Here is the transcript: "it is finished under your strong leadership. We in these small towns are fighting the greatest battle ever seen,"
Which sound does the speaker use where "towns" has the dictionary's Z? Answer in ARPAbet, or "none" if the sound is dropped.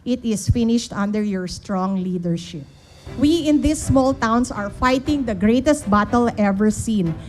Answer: S